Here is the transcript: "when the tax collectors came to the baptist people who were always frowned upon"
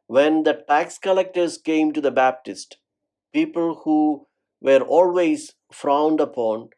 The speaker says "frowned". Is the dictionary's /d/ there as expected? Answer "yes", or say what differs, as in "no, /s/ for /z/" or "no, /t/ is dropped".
yes